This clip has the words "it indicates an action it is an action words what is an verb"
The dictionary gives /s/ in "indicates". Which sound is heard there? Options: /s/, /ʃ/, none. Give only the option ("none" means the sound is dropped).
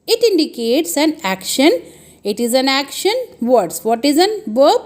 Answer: /s/